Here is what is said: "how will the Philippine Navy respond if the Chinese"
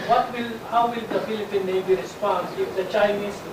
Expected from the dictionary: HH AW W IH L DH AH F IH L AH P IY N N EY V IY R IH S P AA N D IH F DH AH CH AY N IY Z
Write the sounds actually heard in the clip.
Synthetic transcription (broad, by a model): HH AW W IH L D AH F IH L AH P IY N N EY B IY R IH S P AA N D IH F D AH CH AY N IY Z